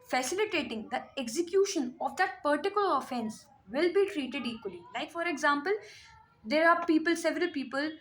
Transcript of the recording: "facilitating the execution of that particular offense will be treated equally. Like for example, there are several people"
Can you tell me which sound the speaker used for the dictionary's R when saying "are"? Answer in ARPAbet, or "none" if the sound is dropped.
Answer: L